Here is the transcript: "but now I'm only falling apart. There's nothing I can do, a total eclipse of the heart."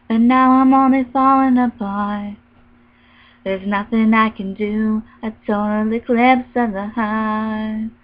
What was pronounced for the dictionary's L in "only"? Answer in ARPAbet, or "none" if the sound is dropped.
L